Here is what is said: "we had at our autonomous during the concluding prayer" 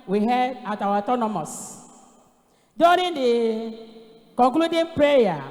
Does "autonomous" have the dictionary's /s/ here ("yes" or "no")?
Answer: yes